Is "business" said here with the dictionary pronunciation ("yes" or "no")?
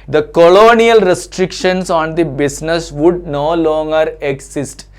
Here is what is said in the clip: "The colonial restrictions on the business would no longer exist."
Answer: no